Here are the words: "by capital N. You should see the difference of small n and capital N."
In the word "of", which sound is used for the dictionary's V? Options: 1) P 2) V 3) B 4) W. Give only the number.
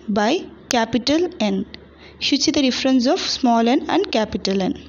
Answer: 1